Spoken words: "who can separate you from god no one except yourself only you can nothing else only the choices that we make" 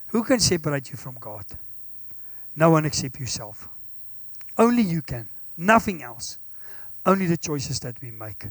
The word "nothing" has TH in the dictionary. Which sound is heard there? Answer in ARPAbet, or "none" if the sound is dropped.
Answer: TH